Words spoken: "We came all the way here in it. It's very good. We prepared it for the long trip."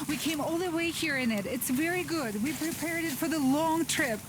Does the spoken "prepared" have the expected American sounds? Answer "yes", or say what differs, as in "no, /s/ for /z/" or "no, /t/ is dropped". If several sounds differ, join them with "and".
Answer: yes